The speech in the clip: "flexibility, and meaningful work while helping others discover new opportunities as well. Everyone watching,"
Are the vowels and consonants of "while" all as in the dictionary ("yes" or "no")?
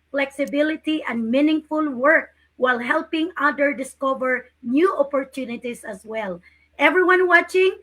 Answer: yes